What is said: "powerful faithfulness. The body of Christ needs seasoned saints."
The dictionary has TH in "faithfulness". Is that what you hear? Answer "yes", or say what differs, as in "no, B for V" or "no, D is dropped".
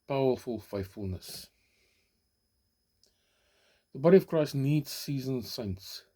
yes